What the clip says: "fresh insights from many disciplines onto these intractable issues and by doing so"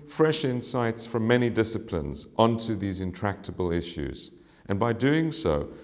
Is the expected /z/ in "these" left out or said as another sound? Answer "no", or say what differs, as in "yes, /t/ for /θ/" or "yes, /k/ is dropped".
no